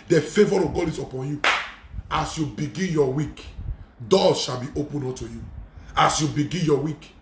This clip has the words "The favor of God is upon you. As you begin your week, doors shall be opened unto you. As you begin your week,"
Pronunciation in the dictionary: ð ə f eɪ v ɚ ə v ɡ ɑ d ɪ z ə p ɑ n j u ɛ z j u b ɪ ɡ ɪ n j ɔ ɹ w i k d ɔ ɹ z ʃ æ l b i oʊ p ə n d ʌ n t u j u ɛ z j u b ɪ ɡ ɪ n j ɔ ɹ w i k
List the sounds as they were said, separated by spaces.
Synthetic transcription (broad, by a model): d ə f eɪ v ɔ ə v ɡ ɑ d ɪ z ə p ɑ n j u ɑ s j u b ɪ ɡ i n j ɔ w i k d ɔ ʃ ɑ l b i oʊ p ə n ɔ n t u j u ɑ s j u b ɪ ɡ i n j ɔ w i k